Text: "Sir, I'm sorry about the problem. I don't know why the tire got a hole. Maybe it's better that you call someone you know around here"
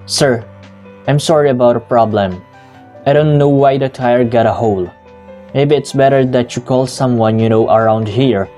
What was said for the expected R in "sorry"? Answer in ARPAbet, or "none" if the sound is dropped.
R